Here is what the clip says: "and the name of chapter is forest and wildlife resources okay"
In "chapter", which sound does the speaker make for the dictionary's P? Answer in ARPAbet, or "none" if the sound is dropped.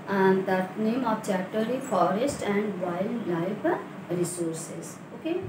none